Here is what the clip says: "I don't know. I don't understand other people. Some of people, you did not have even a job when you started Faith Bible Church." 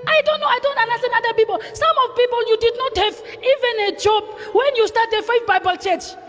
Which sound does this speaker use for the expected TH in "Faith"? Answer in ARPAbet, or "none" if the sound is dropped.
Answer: F